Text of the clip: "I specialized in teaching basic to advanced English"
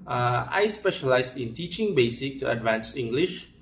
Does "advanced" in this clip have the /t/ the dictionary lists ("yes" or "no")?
no